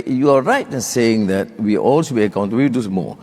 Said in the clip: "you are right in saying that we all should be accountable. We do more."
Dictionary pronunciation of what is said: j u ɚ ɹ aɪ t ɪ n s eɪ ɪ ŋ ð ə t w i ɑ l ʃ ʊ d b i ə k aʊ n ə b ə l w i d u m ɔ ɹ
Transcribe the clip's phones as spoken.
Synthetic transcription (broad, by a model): j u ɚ ɹ aɪ t ɪ n s eɪ ɪ ŋ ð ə t w i ɑ l s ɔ b i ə k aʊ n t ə w i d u m ɔ